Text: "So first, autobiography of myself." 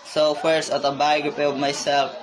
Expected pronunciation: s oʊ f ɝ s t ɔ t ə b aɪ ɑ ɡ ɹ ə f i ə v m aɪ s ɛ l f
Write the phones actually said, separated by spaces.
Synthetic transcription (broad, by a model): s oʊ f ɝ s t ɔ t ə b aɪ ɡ ə p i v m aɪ s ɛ l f